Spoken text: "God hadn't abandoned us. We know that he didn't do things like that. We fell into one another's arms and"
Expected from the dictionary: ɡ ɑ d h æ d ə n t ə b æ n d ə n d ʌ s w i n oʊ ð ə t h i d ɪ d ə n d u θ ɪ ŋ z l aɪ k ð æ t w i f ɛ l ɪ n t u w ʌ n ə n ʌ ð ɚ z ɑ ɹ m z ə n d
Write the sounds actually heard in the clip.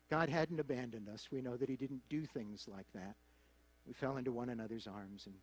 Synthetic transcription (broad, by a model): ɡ ɑ d h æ d n t ə b æ n d ə n d ʌ s w i n oʊ ð ə t h i d ɪ d n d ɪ θ ɪ ŋ z l aɪ k ð æ t w i f ɛ l ɪ n t u w ʌ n ə n ʌ ð ɚ z ɑ ɹ m z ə n